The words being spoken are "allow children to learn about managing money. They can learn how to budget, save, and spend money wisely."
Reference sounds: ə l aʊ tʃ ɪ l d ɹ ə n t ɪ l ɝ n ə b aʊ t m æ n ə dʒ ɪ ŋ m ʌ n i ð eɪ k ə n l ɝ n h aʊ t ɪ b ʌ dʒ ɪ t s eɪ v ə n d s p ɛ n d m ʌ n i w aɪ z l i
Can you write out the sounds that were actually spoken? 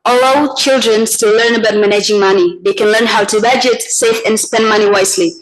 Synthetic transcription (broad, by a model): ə l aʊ tʃ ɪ l d ɹ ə n t ɪ l ɝ n ə b aʊ t m æ n ə dʒ ɪ ŋ m ʌ n i ð eɪ k ə n l ɝ n h aʊ t ɪ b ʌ dʒ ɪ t s eɪ f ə n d s p ɛ n d m ʌ n i w aɪ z l i